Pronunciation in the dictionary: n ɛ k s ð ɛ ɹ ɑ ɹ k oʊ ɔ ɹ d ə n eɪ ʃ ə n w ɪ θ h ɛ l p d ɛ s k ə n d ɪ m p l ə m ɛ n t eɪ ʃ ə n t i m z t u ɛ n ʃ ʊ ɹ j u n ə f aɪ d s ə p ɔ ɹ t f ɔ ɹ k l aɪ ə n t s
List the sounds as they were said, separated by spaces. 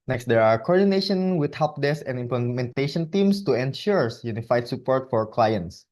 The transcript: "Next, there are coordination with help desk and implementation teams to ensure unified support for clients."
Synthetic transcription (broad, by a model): n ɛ k s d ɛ ɹ ɑ ɹ k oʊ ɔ ɹ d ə n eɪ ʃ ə n w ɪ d h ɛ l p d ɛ s ə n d ɪ m p l ə m ɛ n t eɪ ʃ ə n t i m s t u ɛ n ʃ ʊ ɹ j u n ə f aɪ d s ə p ɔ ɹ t f ɔ ɹ k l aɪ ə n t s